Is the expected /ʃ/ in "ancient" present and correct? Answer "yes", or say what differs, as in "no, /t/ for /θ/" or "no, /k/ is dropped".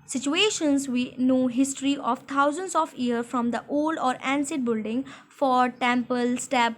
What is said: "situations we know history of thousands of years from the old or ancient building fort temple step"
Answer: no, /s/ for /ʃ/